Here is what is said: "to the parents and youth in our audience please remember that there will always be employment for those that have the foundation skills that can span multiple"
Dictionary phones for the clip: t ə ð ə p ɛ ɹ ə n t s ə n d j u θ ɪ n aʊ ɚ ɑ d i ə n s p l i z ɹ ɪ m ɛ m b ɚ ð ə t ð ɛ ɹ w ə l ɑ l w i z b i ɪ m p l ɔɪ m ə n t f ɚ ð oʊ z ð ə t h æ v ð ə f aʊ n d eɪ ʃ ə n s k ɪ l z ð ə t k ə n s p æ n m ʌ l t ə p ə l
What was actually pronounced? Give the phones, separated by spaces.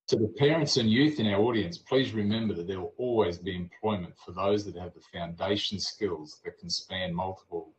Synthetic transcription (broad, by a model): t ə ð ə p ɛ ɹ ə n t s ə n j u θ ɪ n aʊ ɚ ɑ d i ə n s p l i z ɹ ɪ m ɛ m b ɚ ð ə t ð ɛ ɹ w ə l ɑ l w i z b i ɪ m p l ɔɪ m ə n t f ɚ ð oʊ z ð ə t h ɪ v ð ə f aʊ n d eɪ ʃ n s k ɪ l z ð ə t k n s p æ n m ʌ l t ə p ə l